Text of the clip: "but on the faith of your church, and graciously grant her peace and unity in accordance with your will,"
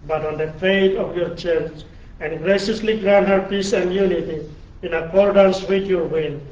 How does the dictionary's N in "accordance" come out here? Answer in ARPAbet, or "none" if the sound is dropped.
N